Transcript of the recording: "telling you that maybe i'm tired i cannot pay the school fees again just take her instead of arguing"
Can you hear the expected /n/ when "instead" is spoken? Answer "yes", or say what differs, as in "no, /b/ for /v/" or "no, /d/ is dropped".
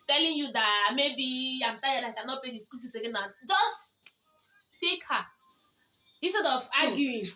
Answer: no, /n/ is dropped